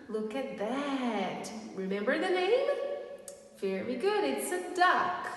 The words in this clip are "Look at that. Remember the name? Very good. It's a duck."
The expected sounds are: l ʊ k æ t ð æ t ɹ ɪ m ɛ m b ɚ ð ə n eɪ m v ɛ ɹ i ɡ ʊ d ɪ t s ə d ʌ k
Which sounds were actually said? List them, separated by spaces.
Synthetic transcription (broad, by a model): l ʊ k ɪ t ð æ t ɹ ɪ m ɛ m b ɚ ð ə n eɪ m f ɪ ɹ i ɡ ʊ d ɪ t s ə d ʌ k